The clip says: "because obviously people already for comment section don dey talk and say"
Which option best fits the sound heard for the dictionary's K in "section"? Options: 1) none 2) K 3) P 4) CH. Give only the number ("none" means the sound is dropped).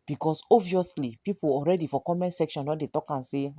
2